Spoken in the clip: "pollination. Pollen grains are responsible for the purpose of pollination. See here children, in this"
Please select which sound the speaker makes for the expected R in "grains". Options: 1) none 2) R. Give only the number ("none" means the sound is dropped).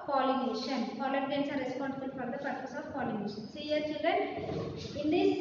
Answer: 1